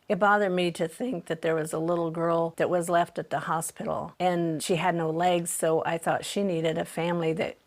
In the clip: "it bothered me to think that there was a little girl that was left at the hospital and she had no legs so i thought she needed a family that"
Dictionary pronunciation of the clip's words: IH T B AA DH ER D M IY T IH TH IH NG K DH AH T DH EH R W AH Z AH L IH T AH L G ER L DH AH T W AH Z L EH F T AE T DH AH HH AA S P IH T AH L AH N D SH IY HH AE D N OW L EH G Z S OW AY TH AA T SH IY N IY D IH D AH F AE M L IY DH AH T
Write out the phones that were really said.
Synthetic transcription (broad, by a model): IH T B AA DH ER D M IY T IH TH IH NG K DH AH T DH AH R W AH Z AH L IH T L G ER L DH AH T W AH Z L EH F T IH T DH AH HH AA S P IH T L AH N SH IY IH D N OW L EH G Z S OW AY TH AA T SH IY N IY D IH D AH F AE M L IY DH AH T